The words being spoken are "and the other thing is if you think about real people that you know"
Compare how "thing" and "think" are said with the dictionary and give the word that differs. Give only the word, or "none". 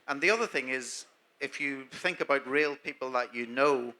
none